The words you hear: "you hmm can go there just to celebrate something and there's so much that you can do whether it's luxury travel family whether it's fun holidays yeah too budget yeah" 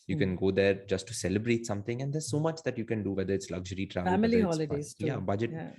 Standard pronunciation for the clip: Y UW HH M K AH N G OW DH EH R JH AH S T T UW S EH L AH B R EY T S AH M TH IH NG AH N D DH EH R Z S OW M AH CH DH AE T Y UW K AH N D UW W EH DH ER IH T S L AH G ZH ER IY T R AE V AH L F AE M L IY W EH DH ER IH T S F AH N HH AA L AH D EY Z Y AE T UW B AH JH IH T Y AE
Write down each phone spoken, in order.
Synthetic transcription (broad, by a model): Y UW K AH N G OW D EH R JH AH S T T UW S EH L AH B R EY T S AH M T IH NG AH N D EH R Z S OW M AH CH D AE T Y UW K AH N D UW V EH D ER IH T S L AH G ZH ER IY T R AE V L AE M IY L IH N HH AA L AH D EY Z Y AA B AH JH IH T